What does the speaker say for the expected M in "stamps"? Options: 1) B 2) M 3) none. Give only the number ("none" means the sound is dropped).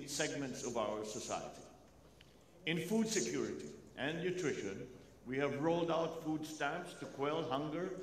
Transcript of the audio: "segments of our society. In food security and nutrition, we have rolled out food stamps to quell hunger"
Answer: 3